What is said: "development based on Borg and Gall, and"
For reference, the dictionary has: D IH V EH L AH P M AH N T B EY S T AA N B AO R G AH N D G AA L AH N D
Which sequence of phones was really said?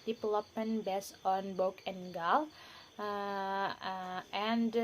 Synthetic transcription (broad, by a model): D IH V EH L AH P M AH N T B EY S AA N B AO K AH N G AA L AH N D